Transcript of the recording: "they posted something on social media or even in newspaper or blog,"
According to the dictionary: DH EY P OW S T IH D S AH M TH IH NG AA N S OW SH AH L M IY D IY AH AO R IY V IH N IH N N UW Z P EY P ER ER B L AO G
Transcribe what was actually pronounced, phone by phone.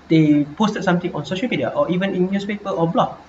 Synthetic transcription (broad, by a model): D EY P OW S T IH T S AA M T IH NG AA N S OW SH AH L M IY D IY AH AO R IY V IH N IH N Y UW S P EY P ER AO B L AO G